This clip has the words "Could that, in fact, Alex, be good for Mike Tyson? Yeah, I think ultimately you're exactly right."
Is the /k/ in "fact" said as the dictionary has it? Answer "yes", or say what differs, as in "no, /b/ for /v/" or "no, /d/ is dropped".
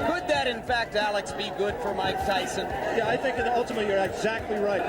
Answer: yes